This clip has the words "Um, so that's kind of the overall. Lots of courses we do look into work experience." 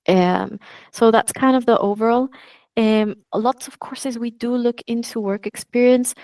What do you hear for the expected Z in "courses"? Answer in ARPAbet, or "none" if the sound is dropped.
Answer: Z